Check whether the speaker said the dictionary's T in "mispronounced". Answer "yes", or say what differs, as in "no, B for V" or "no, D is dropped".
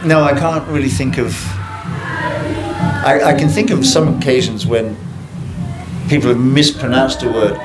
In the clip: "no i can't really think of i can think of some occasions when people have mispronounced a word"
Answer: yes